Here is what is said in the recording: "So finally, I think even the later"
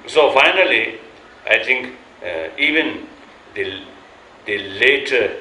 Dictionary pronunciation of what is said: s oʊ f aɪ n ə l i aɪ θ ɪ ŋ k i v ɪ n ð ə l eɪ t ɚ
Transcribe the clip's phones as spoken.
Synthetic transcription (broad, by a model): s oʊ f aɪ n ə l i aɪ t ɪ ŋ k i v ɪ n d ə l eɪ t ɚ